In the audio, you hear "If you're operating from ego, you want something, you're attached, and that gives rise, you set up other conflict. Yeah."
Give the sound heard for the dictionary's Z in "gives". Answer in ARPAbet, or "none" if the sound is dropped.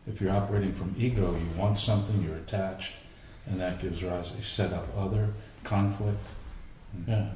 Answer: Z